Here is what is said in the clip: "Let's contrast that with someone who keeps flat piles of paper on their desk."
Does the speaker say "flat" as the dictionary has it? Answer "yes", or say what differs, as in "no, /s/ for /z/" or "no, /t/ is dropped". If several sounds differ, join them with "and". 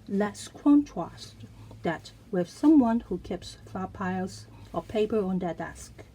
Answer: no, /l/ is dropped